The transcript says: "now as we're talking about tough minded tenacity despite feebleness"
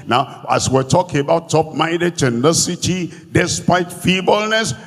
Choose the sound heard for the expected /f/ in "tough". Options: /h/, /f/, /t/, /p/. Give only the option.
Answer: /p/